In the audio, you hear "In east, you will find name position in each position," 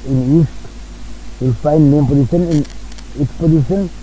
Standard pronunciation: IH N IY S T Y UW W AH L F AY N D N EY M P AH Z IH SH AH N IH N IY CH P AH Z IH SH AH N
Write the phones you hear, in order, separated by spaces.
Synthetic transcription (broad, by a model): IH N IY S T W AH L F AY N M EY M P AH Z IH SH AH N IH N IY S P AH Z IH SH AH N